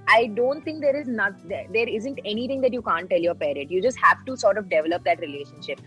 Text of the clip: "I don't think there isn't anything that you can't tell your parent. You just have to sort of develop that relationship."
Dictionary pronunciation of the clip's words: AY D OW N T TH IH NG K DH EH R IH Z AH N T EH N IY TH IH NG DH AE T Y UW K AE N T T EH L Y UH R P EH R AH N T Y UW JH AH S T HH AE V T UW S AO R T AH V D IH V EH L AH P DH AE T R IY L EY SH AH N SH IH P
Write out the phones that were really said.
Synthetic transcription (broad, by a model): AY D OW N T T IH NG K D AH R IH Z AH N T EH N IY T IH NG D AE T Y UW K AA N T T EH L Y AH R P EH R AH T Y UW JH AH S T HH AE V T UW S AO R T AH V D IH V EH L AH P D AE T R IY L EY SH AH N SH IH P